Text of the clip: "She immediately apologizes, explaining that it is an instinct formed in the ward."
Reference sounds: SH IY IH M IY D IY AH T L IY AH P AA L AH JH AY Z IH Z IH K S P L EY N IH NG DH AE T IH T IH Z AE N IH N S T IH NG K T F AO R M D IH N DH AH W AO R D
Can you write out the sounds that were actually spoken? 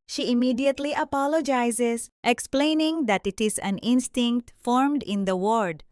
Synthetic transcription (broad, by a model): SH IY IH M IY D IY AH T L IY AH P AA L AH JH AY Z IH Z IH K S P L EY N IH NG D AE T IH T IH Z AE N IH N S T IH NG K T F AO R M D IH N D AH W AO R D